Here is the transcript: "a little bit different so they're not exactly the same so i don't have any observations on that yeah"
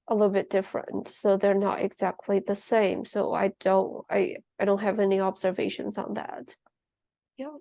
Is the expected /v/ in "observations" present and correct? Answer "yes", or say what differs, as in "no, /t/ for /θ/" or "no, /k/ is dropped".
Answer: yes